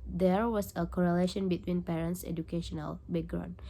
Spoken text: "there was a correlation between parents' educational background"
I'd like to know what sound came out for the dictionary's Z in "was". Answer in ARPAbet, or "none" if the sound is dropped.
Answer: S